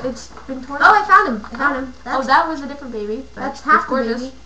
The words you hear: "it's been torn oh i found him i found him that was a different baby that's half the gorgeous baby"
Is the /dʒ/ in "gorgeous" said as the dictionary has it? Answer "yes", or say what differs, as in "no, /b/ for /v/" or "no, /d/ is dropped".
no, /dʒ/ is dropped